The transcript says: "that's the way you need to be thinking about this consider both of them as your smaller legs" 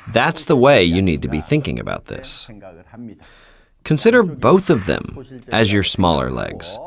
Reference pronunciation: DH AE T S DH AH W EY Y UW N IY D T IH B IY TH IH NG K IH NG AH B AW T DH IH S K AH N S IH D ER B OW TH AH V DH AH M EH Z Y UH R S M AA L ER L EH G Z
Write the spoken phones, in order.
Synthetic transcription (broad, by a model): DH AE T S DH AH W EY Y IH N IY D T IH B IY TH IH NG K IH NG AH B AW T DH IH S K AH N S IH D ER B OW TH AH V DH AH M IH Z Y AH R S M AA L ER L EH G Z